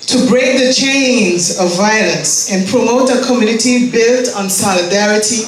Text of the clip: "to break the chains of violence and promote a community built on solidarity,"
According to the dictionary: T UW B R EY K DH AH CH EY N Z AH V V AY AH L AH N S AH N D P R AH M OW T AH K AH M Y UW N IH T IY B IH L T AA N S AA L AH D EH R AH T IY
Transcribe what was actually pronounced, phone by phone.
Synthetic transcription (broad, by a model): T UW B R EY K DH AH CH EY N Z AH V V AY AH L AH N S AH N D P R AH M OW T AH K AH M Y UW N IH T IY B IH L T N S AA L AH D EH R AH T IY